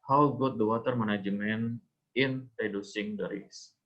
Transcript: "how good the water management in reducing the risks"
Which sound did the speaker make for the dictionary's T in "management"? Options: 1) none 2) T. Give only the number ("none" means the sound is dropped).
1